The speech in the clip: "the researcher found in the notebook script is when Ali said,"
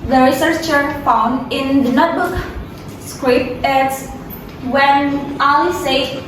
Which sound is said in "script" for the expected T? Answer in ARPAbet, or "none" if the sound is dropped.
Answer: none